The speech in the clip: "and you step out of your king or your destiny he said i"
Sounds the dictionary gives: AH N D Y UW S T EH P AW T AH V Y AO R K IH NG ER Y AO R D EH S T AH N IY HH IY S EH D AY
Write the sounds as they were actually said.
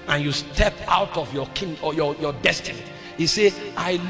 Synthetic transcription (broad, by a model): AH N Y UW S T EH P AW T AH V Y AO K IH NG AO Y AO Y D EH S T AH N IY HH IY S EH AY